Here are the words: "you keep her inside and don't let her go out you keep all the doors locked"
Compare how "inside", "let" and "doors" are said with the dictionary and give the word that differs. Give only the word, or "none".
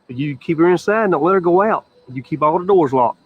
inside